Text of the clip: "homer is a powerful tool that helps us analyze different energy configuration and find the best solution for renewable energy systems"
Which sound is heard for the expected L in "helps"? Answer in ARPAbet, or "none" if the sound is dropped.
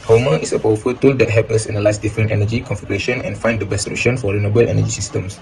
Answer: none